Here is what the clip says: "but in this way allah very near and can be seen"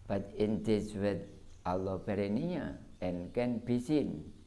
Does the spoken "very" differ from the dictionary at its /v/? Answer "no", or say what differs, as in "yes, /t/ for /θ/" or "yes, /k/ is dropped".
yes, /b/ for /v/